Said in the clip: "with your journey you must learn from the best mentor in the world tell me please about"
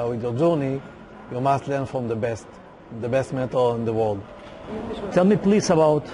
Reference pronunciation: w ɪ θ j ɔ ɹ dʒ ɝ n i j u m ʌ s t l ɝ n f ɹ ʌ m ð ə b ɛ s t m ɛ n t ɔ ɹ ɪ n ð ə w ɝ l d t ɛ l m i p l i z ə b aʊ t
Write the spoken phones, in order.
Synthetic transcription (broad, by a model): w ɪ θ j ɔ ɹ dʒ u n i j u m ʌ s t l ɝ n f ɹ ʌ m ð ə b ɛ s t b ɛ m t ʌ l ɪ n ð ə w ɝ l d t ɛ l m i p l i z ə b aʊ t